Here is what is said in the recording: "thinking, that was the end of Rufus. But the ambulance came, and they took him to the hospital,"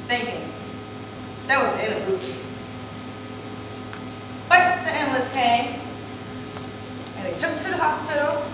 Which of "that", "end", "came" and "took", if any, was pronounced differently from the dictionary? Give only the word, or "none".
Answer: end